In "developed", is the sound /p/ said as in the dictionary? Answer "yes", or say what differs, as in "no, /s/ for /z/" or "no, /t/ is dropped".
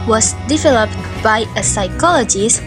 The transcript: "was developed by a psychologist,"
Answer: yes